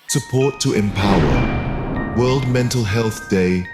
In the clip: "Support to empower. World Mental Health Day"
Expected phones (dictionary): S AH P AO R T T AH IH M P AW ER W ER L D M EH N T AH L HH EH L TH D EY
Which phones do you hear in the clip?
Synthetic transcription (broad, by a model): S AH P AO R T T AH IH M P AW ER W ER L D M EH N T AH L HH EH L TH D EY